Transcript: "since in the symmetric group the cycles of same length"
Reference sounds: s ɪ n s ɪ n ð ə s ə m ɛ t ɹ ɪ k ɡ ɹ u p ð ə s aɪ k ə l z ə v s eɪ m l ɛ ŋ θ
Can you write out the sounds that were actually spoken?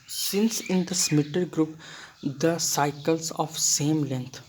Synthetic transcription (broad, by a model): s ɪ n s ɪ n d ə s m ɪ t ɪ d ɡ ɹ u p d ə s aɪ k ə l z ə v s eɪ m l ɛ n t